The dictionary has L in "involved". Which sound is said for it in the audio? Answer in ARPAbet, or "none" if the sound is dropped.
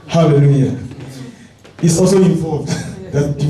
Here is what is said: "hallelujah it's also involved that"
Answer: none